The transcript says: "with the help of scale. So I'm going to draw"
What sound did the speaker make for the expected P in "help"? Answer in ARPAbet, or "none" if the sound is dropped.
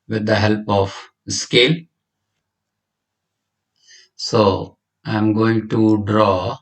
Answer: P